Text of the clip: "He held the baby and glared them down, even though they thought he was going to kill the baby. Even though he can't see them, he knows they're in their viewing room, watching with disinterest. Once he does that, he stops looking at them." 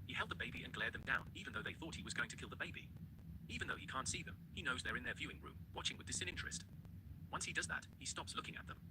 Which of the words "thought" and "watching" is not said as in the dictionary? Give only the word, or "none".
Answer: none